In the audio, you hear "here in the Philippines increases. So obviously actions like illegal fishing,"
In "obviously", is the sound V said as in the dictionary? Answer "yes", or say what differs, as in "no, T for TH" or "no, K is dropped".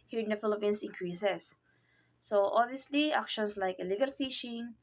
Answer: yes